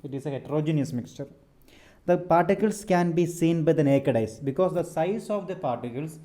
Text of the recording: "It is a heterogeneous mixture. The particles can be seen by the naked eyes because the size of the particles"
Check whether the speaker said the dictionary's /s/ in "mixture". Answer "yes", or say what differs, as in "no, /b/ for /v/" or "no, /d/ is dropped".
yes